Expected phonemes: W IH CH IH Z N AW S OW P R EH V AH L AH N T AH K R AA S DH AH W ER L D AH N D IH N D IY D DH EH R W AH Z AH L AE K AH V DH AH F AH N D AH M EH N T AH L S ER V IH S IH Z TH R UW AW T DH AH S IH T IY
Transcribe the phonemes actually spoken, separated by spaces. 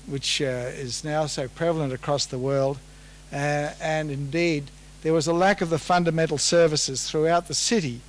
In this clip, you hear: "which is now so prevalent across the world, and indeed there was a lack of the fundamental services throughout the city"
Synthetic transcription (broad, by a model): W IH CH IH Z N AW S OW P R EH V L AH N T AH K R AA S DH AH W ER L D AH N IH N D IY D DH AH R W AH Z AH L AE K AH V DH AH F AH N D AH M EH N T L S ER V IH S IH Z TH R UW AW T DH AH S IH T IY